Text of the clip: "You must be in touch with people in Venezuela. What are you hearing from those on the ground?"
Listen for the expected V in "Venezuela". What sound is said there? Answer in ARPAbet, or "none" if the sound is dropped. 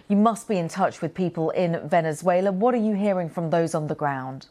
V